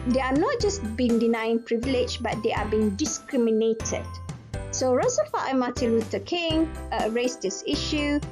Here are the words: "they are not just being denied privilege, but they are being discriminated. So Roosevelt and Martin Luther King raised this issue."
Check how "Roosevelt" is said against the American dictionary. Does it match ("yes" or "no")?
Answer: no